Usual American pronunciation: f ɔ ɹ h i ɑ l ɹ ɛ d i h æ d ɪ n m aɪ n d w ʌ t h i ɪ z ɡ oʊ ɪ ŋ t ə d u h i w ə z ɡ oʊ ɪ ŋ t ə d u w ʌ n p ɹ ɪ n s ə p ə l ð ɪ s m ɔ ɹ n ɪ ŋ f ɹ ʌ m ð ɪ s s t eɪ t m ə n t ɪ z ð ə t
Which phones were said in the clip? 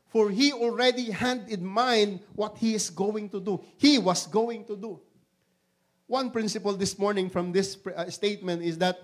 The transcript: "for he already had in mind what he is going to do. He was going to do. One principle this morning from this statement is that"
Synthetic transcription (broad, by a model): f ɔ ɹ h i ɑ l ɹ ɛ d i h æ d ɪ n m aɪ n d w ʌ t h i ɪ s ɡ oʊ ɪ ŋ t ə d u h i w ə s ɡ oʊ ɪ ŋ t ə d u w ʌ n p ɹ ɪ n s ə p ə l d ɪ s m ɔ ɹ n ɪ ŋ f ɹ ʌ m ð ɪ s s t eɪ t m ə n t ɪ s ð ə t